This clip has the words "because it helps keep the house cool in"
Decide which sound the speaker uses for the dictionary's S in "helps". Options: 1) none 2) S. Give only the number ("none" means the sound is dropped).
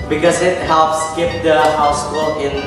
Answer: 2